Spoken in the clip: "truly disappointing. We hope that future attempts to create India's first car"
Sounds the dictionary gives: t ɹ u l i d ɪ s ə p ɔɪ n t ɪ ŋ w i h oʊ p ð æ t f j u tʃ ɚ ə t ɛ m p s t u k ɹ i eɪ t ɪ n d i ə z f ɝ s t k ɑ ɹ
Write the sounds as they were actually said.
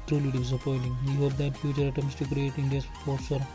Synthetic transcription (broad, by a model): t ɹ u l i d ɪ s ə p ɔɪ n t ɪ ŋ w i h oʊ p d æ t f j u tʃ ɚ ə t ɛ m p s t u k ɹ i eɪ t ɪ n d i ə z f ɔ t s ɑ ɹ